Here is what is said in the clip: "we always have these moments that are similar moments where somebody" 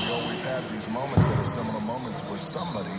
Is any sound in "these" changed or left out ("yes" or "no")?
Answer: no